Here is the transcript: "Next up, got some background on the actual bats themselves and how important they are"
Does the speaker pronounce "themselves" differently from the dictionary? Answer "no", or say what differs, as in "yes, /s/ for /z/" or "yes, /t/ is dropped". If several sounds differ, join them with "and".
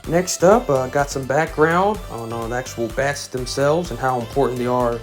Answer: no